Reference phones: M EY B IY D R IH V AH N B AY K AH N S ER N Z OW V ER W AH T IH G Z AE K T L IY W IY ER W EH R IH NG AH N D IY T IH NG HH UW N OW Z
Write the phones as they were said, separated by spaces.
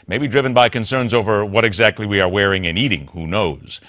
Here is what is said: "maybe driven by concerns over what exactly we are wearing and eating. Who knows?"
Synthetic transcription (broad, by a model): M EY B IY D R IH V AH N B AY K AH N S ER N Z OW V ER W AH T IH G Z AE K T L IY W IY ER W EH R IH NG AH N IY T IH NG HH UW N OW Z